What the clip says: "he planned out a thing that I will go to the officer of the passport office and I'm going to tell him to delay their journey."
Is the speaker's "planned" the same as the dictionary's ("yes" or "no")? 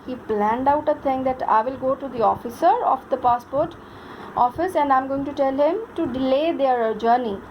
yes